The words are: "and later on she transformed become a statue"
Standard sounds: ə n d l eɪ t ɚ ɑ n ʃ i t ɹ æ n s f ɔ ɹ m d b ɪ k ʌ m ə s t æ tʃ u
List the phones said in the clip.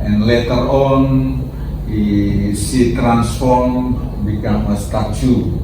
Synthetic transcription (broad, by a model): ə n l eɪ t ɚ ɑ n s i t ɹ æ n s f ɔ ɹ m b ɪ k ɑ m ə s t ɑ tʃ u